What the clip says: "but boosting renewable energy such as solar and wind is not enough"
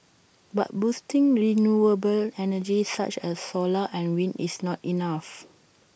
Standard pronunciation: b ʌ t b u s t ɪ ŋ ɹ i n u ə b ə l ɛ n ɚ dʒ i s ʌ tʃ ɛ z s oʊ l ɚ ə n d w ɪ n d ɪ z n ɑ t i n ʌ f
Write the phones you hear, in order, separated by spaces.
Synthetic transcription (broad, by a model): b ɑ t b u s t ɪ ŋ ɹ i n u ə b ə l ɛ n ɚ dʒ i s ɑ tʃ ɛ s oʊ l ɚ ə n w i n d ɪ s n ɑ t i n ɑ f